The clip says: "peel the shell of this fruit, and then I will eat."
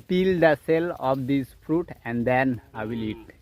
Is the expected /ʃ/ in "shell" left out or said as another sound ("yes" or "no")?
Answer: yes